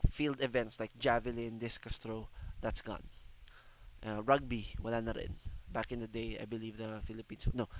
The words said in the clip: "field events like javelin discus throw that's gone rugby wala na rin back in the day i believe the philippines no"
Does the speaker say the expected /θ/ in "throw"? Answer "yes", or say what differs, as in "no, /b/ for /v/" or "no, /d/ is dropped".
no, /t/ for /θ/